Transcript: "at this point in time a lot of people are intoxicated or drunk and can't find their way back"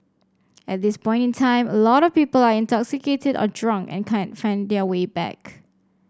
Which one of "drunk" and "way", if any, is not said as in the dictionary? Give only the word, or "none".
none